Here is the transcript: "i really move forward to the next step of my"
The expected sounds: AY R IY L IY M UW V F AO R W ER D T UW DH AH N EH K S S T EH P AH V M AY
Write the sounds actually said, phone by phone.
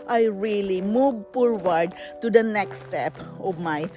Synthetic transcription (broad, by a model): AY R IY L IY M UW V P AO R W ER D T UW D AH N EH K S S T EH P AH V M AY